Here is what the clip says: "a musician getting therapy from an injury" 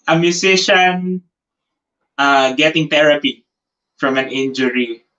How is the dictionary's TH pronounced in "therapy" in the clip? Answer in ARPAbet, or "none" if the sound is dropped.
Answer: T